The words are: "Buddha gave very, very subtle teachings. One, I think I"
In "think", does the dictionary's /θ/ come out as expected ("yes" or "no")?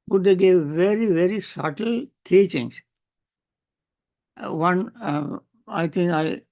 no